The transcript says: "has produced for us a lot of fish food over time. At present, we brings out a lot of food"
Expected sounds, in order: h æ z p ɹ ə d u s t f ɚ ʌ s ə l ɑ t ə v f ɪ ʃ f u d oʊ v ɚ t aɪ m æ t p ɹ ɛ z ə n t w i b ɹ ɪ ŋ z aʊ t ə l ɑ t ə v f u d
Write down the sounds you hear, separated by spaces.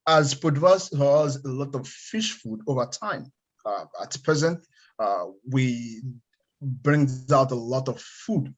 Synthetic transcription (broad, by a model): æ z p ə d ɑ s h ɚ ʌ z ə l ɑ t ə v f ɪ ʃ f u d oʊ v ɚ t aɪ m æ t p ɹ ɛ z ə n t w i b ɹ ɪ ŋ z aʊ t ə l ɑ t ə v f u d